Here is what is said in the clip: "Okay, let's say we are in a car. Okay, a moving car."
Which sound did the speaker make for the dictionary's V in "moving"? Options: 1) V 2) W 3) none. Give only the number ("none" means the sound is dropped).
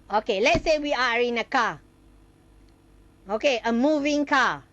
1